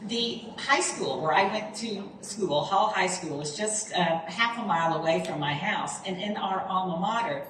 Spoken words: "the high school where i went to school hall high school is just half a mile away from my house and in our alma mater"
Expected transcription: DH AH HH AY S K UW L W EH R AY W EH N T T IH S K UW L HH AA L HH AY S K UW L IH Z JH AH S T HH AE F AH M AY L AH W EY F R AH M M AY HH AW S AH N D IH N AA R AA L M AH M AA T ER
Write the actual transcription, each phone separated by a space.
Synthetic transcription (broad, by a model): DH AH HH AY S K UW L W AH R AY W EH N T T IH S K UW L HH AA L HH AY S K UW L IH Z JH AH S T HH AE F AH M AY L AH W EY F R AH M M AY HH AW S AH N IH N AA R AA M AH M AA T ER